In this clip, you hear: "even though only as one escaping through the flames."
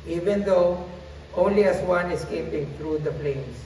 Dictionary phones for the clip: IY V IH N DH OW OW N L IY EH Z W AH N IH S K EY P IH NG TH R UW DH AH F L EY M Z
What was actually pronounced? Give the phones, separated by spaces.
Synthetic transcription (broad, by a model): IY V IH N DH OW OW N L IY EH S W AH N IH S K EY P IH NG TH R UW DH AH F L EY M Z